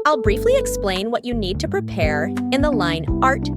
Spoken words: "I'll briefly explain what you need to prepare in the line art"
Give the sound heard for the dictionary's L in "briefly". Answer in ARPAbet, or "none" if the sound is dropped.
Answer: L